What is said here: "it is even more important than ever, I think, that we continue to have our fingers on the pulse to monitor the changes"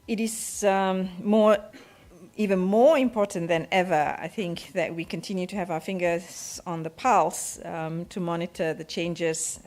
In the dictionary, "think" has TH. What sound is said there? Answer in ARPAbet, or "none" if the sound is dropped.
TH